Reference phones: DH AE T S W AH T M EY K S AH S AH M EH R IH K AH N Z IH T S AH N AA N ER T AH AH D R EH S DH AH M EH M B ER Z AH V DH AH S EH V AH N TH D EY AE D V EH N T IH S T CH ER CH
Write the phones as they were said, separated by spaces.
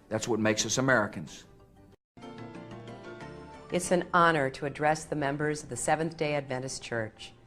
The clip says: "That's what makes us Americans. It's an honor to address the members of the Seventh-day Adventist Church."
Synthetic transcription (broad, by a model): DH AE T S W AH T M EY K S AH S AH M EH R IH K AH N Z IH T S AH N AA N ER T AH AH D R EH S DH AH M EH M B ER Z AH V DH AH S EH V AH N TH D EY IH D V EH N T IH S CH ER CH